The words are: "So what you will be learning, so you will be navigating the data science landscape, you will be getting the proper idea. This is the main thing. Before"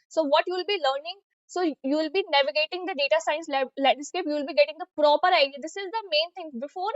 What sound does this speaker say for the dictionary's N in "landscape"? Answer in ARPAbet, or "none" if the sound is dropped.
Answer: L